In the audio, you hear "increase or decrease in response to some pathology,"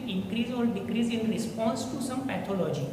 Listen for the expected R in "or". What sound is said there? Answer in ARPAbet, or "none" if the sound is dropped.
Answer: L